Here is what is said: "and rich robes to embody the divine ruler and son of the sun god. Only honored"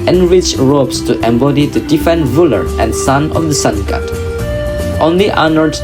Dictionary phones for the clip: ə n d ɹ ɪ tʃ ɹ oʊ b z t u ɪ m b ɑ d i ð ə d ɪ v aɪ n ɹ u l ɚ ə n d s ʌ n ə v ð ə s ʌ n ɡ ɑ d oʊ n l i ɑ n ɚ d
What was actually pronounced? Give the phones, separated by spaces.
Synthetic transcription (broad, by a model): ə n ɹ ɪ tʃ ɹ oʊ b s t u ɪ m b ɑ d i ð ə d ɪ f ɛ n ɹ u l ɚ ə n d s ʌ n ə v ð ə s ʌ n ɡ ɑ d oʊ n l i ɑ n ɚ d